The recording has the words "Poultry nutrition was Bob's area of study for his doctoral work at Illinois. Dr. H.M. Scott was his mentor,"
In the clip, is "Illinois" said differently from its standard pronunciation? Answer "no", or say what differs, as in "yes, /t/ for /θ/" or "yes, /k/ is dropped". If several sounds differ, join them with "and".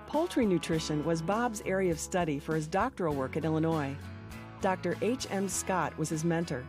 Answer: no